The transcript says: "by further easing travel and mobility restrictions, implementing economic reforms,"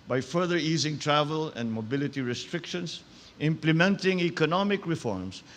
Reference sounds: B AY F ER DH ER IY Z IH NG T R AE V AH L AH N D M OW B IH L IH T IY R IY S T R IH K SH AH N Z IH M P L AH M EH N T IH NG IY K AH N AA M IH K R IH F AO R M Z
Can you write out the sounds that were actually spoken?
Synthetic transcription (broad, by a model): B AY F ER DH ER IY Z IH NG T R AE V AH L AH N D M OW B IH L IH T IY R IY S T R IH K SH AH N S IH M P L AH M EH N T IH NG IY K AH N AA M IH K R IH F AO R M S